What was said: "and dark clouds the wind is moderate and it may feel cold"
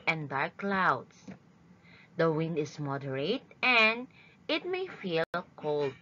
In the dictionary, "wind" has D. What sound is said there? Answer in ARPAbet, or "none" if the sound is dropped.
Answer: D